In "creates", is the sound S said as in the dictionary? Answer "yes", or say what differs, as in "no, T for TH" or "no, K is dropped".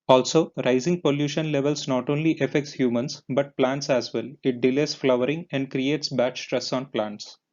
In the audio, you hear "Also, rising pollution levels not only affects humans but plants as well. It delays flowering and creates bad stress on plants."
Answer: yes